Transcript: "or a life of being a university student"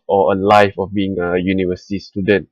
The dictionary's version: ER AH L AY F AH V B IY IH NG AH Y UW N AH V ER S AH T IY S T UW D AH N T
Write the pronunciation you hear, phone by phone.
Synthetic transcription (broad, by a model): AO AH L AY F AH F B IY IH NG AH Y UW N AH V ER S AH T IY S T UW D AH N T